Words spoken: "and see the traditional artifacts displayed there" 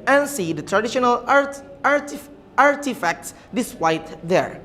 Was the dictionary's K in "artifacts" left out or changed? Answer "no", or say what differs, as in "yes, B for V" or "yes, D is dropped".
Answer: no